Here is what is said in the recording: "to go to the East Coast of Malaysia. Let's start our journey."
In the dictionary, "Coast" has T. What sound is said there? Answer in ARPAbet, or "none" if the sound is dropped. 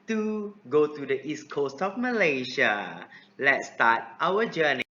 T